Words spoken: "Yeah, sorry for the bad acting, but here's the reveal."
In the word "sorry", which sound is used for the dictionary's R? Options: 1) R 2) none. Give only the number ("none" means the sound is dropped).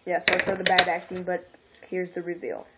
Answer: 2